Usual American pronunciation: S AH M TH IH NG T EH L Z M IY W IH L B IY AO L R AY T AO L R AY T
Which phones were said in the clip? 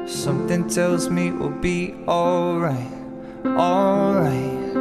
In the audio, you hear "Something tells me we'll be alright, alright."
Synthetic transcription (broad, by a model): S AH M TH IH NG T EH L Z M IY W IH L B IY AO L R AY T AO L R AY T